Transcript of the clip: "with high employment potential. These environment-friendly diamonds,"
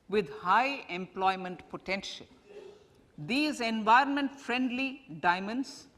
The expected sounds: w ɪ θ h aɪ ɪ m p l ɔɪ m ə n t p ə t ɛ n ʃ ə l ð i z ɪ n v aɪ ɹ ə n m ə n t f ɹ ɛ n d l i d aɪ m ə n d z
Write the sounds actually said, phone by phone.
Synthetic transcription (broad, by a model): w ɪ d h aɪ ɪ m p l ɔɪ m ə n t p ə t ɛ n ʃ ə l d i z ɪ n v aɪ ɹ ə n m ə n t f ɹ ɛ n d l i d aɪ m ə n d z